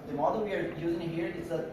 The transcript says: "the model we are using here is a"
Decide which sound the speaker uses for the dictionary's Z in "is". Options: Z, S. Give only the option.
S